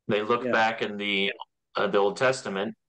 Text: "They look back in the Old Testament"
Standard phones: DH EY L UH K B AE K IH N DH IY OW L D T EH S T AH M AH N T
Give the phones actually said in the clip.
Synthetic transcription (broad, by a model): DH EY L UH K B AE K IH N DH IY OW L D T EH S T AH M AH N T